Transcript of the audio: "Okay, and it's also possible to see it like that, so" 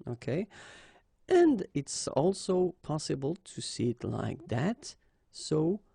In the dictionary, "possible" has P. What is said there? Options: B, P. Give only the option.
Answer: P